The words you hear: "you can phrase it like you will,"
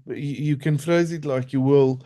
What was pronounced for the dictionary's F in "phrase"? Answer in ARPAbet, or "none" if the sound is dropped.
F